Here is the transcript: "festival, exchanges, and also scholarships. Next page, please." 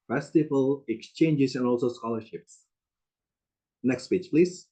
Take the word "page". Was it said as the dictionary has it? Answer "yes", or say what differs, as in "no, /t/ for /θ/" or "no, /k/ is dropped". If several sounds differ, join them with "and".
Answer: no, /tʃ/ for /dʒ/